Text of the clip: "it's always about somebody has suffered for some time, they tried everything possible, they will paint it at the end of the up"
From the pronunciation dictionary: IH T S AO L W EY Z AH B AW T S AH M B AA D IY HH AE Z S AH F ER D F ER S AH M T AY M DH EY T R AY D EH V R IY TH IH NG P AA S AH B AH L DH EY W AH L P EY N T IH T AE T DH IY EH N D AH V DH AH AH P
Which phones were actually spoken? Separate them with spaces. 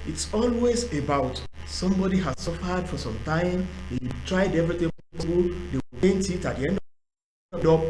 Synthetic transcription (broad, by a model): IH T S AO L W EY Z AH B AW T S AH M B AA D IY HH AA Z S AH F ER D F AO S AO M T AY M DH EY T R AY D EH V R IY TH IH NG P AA AH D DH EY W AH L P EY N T IH T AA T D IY EH N D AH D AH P